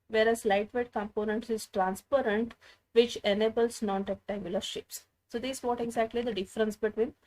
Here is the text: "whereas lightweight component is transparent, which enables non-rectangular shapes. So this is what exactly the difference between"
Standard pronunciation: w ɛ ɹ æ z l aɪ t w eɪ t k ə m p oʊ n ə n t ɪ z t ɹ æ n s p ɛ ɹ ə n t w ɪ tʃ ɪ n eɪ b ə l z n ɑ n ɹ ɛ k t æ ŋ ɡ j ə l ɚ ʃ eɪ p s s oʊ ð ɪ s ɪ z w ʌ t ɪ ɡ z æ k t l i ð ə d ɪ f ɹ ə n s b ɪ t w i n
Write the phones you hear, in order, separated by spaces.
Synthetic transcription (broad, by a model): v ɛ ɹ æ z l aɪ t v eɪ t k ə m p oʊ n ə n t ɪ z t ɹ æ n s p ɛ ɹ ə n t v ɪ tʃ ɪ n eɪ b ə l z n ɑ n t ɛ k t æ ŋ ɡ j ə l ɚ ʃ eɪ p s s oʊ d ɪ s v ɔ t ɪ ɡ z æ k t l i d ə d ɪ f ɹ ə n s b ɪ t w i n